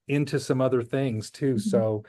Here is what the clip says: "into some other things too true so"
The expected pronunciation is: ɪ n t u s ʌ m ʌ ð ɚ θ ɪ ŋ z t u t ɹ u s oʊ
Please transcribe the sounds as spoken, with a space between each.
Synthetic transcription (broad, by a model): ɪ n t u s ʌ m ʌ ð ɚ θ ɪ ŋ z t t u s oʊ